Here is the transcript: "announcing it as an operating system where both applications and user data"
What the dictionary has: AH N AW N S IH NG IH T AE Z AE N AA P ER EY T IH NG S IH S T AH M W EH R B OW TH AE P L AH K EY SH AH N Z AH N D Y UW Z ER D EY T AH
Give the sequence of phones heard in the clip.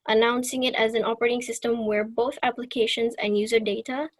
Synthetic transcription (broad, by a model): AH N AW N S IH NG IH T AE Z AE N AA P ER EY T IH NG S IH S T AH M W EH R B OW TH AE P L AH K EY SH AH N Z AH N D Y UW Z ER D EY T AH